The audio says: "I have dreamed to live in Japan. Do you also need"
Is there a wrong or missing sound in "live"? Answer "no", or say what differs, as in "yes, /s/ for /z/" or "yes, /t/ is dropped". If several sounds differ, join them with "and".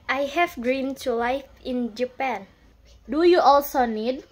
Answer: yes, /f/ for /v/